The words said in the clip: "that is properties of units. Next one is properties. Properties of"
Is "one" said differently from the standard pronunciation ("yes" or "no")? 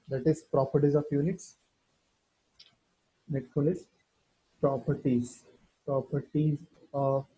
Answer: yes